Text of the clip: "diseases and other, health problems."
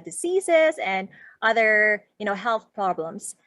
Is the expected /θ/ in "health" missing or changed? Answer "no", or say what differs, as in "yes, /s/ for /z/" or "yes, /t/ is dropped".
no